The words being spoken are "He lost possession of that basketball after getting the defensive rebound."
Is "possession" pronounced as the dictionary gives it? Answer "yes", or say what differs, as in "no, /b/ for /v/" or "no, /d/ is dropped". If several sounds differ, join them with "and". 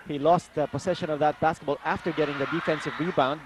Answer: no, /s/ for /z/